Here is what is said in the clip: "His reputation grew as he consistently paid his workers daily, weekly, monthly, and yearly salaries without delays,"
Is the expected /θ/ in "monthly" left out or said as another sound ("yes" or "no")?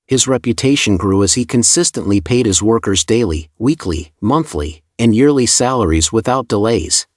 no